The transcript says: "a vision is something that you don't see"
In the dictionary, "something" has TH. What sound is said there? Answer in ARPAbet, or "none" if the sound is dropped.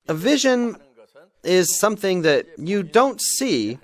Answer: TH